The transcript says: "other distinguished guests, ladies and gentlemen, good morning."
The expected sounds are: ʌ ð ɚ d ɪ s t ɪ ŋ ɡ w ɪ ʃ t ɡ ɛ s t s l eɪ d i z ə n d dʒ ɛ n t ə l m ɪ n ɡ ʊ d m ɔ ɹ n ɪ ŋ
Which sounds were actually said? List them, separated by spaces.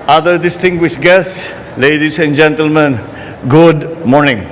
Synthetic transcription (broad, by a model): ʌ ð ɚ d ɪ s t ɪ ŋ ɡ w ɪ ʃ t ɡ ɛ s t s l eɪ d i s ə n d dʒ ɛ n t ə l m ɪ n ɡ ʊ d m ɔ ɹ n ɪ ŋ